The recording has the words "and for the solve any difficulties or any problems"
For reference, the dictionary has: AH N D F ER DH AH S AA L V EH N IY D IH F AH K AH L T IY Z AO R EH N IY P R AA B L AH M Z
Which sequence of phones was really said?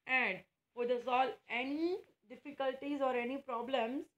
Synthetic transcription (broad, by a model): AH N D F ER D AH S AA L EH N IY D IH F AH K AH L T IY Z AO R EH N IY P R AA B L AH M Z